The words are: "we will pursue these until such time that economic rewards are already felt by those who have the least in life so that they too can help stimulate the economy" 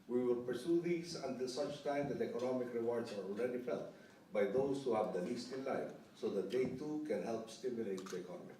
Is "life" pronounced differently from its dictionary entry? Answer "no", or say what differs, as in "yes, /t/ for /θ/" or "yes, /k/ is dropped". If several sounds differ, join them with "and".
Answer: no